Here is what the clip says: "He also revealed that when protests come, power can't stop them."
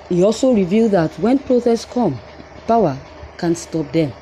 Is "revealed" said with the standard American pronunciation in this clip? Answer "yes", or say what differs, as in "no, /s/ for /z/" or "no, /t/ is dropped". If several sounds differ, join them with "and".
yes